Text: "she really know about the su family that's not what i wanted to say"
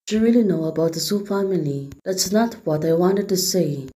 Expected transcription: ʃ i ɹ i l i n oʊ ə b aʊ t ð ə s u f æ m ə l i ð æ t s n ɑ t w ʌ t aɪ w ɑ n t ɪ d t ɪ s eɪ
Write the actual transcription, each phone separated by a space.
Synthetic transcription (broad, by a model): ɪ ɹ i l i n oʊ ə b aʊ t ð ə s u f æ m ə l i ð æ t s n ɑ t w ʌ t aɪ w ɑ n t ɪ d t ɪ s eɪ